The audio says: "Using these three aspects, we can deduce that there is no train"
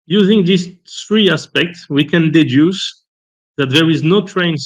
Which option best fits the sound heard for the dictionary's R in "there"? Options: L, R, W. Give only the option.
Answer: R